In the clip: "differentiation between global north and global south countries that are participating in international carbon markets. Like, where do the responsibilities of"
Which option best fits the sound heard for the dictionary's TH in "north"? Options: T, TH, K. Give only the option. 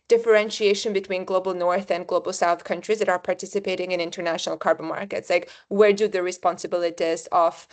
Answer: TH